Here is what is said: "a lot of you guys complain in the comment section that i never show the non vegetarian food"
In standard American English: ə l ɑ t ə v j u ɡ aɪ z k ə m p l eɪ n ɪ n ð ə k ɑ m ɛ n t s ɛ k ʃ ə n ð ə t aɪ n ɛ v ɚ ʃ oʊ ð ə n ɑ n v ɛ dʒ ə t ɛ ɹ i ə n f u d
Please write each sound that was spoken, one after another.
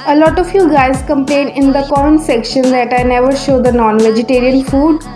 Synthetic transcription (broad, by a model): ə l ɑ t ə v j u ɡ aɪ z k ə m p l eɪ n ɪ n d ə k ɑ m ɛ n s ɛ k ʃ ə n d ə t aɪ n ɛ v ɚ ʃ oʊ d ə n ɑ n v ɛ dʒ ə t ɛ ɹ i ə n f u d